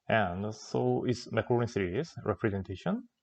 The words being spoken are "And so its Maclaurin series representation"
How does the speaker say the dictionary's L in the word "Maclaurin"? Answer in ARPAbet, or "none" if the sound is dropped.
none